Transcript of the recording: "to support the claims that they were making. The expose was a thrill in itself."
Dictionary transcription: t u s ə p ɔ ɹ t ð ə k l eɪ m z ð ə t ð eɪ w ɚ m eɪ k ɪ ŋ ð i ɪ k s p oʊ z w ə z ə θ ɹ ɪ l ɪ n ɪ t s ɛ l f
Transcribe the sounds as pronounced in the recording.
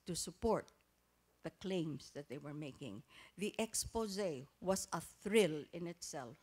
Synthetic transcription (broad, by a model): t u s ə p ɔ ɹ t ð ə k l eɪ m s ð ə t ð eɪ w ɚ m eɪ k ɪ ŋ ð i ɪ k s p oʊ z w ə s ə θ ɹ ɪ l ɪ n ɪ t s ɛ l f